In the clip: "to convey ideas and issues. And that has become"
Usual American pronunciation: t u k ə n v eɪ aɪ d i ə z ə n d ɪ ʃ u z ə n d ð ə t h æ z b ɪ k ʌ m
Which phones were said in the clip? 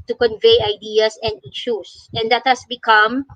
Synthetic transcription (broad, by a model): t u k ə n v eɪ aɪ d i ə s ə n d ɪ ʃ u s ə n d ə t h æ s b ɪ k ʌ m